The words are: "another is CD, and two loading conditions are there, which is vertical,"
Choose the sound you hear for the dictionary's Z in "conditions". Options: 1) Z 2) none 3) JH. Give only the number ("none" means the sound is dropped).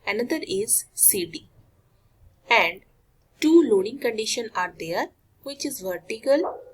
2